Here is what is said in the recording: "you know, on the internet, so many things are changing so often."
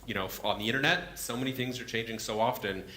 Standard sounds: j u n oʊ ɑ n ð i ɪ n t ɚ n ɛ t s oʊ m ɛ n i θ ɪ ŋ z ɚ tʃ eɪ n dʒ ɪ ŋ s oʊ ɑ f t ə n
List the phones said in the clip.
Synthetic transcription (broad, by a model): j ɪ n oʊ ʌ n ð i ɪ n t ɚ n ɛ t s oʊ m ɛ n i θ ɪ ŋ z ɚ tʃ eɪ n dʒ ɪ ŋ s oʊ ɑ f t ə n